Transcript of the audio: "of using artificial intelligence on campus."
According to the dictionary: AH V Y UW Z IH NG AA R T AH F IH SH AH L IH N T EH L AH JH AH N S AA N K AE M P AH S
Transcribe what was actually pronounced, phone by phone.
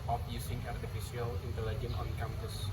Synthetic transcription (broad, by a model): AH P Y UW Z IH NG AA R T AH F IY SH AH L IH N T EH L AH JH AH N AA N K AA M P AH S